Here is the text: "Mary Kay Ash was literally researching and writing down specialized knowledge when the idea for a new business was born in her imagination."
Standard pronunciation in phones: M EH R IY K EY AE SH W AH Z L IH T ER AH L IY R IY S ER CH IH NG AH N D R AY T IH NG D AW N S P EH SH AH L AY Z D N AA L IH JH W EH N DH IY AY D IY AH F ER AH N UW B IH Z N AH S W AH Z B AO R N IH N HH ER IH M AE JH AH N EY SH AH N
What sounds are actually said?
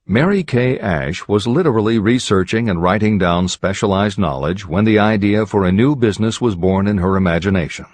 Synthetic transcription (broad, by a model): M EH R IY K EY AE SH W AH Z L IH T ER L IY R IY S ER CH IH NG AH N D R AY T IH NG D AW N S P EH SH AH L AY Z D N AA L IH JH W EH N DH IY AY D IY AH F ER AH N UW B IH Z N AH S W AH Z B AO R N IH N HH ER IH M AE JH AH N EY SH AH N